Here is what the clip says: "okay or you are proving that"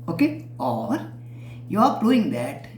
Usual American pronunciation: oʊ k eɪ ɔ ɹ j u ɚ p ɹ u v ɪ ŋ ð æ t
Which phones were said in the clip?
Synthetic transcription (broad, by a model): oʊ k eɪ ɔ ɹ j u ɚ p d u ɪ ŋ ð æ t